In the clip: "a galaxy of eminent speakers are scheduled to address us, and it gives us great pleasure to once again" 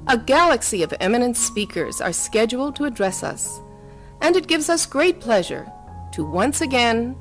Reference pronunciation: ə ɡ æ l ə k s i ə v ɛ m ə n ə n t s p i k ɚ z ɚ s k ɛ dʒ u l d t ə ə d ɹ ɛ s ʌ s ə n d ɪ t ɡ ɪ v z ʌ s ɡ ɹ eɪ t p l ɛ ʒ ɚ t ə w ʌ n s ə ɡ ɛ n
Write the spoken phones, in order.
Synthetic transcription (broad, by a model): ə ɡ æ l ə k s i ə v ɛ m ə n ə n t s p i k ɚ z ɚ s k ɛ dʒ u l t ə ə d ɹ ɛ s ʌ s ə n ɪ t ɡ ɪ v z ʌ s ɡ ɹ eɪ t p l ɛ ʒ ɚ t ə w ʌ n s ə ɡ ɛ n